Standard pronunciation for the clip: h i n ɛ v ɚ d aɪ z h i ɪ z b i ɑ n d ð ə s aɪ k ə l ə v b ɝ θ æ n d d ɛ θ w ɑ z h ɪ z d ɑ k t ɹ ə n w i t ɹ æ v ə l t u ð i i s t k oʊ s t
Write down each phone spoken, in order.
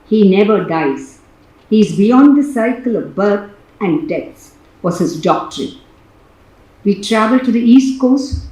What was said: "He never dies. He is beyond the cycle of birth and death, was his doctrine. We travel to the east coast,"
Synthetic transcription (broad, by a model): h i n ɛ v ɚ d aɪ z h i ɪ z b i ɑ n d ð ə s aɪ k ə l ə v b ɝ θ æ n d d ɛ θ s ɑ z h ɪ z d ɑ k t ɹ ə n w i t ɹ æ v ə l t u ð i i s t k oʊ s t